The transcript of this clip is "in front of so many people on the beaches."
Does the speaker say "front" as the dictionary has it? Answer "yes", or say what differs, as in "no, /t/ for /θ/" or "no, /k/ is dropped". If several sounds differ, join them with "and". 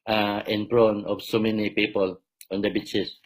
no, /p/ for /f/ and /t/ is dropped